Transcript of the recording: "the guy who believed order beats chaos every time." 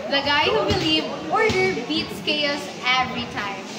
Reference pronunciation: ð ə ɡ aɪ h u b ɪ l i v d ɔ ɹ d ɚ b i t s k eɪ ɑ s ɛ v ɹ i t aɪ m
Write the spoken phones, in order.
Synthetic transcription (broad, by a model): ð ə ɡ aɪ h u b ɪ l i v ɔ ɹ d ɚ b i t s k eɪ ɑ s ɛ v ɹ i t aɪ m